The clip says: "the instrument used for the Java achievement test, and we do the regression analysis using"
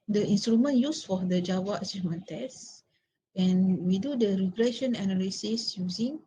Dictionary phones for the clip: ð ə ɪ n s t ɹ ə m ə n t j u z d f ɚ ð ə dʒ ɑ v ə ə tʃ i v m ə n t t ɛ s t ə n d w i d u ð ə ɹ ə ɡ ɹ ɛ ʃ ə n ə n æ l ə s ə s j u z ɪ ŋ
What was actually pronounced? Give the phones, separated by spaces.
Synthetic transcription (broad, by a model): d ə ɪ n s t ɹ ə m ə n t j u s f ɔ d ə dʒ ɑ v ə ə s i m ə n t t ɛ s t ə n w i d u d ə ɹ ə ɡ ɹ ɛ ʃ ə n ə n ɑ l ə s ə s j u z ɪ ŋ